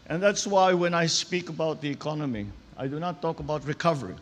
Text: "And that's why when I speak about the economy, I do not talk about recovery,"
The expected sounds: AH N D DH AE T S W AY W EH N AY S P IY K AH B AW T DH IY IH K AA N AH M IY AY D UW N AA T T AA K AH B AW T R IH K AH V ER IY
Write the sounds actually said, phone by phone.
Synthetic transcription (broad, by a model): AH N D DH AE T S W AY W EH N AY S P IY K AH B AW T DH IY IH K AA N AH M IY AY D UW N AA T T AA K AH B AW T R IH K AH V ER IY